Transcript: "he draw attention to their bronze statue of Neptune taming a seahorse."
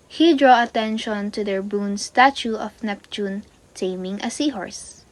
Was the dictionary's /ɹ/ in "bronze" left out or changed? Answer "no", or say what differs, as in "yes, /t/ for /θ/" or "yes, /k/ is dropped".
yes, /ɹ/ is dropped